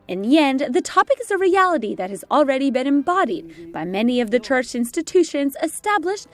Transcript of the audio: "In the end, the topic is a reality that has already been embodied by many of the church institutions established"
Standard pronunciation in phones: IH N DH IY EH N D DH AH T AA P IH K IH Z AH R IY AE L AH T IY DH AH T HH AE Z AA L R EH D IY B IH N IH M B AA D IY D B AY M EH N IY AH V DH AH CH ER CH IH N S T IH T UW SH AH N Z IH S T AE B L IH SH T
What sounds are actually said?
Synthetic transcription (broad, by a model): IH N DH IY EH N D DH AH T AA P IH K IH Z AH R IY AE L AH T IY DH AH T HH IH Z L R EH D IY B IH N IH M B AA D IY D B AY M EH N IY AH V DH AH CH ER CH IH N S T IH T UW SH AH N Z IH S T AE B L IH SH T